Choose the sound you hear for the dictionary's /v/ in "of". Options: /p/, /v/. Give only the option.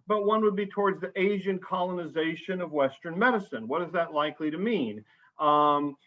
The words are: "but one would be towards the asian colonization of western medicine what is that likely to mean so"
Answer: /v/